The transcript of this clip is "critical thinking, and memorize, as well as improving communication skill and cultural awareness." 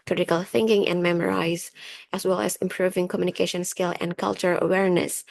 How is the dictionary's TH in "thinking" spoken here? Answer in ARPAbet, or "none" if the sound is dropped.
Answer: TH